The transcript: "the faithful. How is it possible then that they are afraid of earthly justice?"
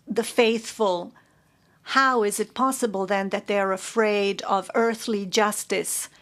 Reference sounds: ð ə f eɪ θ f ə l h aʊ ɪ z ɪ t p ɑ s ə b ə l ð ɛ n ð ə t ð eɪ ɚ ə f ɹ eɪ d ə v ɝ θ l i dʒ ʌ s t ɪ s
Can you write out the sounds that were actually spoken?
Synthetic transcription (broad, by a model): ð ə f eɪ θ f ə l h aʊ ɪ z ɪ t p ɑ s ə b ə l ð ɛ n ð ə t ð eɪ ɚ ə f ɹ eɪ d ə v ɝ θ l i dʒ ʌ s t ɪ s